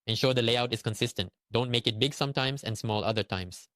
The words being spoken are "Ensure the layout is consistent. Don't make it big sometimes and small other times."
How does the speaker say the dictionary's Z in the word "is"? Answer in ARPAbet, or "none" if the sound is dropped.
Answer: S